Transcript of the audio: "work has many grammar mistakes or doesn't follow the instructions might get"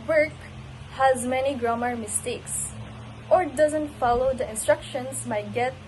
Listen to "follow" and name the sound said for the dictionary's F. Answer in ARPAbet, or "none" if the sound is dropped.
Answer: F